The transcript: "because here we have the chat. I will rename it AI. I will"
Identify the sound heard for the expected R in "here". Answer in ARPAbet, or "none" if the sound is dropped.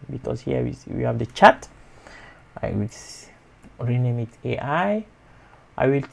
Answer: W